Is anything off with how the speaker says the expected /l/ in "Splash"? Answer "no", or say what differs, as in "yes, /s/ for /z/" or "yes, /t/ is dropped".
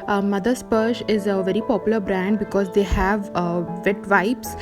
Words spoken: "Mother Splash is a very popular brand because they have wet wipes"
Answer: yes, /l/ is dropped